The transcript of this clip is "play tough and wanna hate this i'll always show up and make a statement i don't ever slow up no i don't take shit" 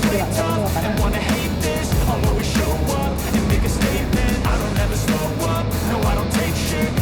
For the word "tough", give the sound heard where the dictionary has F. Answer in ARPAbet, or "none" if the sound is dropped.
none